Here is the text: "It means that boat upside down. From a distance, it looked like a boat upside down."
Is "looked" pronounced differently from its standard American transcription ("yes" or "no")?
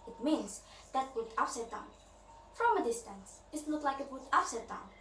yes